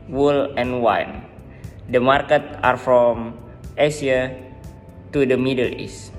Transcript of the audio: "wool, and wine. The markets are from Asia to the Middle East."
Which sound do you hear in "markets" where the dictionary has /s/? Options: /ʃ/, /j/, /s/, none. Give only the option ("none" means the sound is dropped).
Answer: none